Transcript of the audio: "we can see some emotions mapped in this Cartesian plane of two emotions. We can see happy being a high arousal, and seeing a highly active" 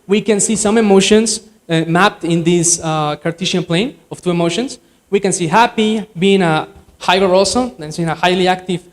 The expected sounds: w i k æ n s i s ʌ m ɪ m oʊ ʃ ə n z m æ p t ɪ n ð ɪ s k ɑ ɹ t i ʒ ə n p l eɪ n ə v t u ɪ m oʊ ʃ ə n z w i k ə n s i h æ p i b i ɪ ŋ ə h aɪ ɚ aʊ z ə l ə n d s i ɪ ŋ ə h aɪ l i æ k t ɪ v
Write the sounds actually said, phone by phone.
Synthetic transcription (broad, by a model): w i k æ n s i s ʌ m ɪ m oʊ ʃ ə n s m æ p t ɪ n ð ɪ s k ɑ ɹ t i ʃ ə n p l eɪ n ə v t u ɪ m oʊ ʃ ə n s w i k ə n s i h æ p i b i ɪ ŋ ə h aɪ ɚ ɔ s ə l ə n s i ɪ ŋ ə h aɪ l i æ k t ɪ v